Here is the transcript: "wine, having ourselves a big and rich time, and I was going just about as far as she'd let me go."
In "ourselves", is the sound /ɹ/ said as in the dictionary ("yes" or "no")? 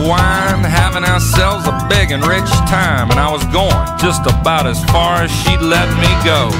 yes